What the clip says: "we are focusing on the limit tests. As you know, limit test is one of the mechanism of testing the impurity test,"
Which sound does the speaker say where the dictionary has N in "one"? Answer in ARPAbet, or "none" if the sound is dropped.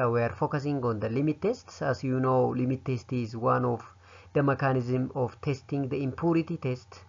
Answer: N